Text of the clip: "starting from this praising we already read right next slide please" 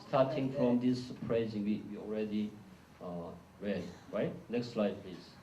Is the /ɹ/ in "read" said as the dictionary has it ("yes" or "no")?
yes